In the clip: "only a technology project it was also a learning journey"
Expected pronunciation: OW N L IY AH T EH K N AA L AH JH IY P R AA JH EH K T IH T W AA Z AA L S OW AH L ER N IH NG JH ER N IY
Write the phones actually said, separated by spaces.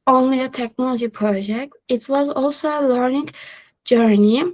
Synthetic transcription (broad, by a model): OW N L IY AH T EH K N AA L AH JH IY P R AA JH EH K T IH T W AA Z AA L S OW AH L ER N IH NG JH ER N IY